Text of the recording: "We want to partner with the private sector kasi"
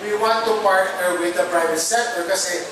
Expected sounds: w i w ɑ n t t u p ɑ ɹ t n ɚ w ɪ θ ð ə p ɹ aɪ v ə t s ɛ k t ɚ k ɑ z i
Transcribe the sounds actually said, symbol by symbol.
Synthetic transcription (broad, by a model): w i w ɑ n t t u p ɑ ɹ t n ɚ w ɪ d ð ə p ɹ aɪ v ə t s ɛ t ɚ k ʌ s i